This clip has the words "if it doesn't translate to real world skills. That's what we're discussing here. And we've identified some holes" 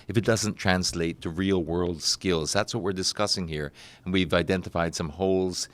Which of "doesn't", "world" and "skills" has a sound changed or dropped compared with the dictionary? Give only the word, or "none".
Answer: none